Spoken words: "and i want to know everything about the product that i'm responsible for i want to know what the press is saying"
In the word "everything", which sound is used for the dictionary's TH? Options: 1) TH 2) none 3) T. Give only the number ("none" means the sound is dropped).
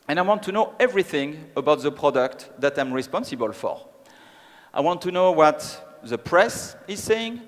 1